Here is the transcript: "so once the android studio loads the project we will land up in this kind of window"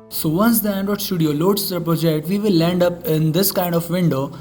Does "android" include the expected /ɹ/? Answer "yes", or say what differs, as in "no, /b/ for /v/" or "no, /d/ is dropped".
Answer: no, /ɹ/ is dropped